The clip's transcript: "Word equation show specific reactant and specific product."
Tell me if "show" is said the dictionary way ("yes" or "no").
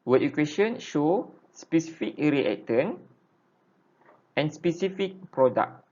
yes